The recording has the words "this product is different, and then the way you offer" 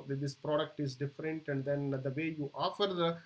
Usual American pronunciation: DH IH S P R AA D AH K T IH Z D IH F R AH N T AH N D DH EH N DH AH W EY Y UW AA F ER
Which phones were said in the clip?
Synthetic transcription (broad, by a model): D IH S P R AA D AH K T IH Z D IH F R AH N T AH N D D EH N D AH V EY Y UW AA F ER